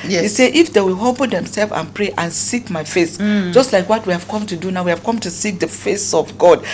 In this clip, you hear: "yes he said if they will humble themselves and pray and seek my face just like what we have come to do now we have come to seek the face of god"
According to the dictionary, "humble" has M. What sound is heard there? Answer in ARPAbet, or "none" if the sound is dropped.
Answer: none